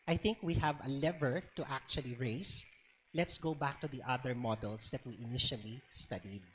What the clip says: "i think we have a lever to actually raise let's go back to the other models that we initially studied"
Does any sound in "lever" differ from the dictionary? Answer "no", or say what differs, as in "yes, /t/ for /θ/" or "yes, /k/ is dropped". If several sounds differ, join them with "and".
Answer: no